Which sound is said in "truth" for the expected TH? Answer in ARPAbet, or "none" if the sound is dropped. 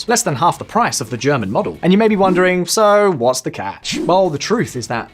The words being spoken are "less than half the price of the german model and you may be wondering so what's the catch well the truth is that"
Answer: TH